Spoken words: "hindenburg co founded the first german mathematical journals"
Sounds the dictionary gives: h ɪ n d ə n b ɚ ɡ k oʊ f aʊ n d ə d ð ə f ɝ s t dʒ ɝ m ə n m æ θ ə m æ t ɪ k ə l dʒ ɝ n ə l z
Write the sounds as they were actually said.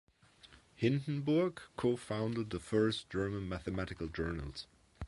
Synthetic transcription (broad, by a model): h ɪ n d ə n b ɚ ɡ k oʊ f aʊ n d ə d ð ə f ɝ s dʒ ɝ m ə n m æ θ ə m æ t ɪ k ə l dʒ ɝ n ə l z